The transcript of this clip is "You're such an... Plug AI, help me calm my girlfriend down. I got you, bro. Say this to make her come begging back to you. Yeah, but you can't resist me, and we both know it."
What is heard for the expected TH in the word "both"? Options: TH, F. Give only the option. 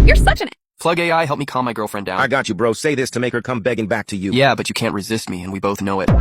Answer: TH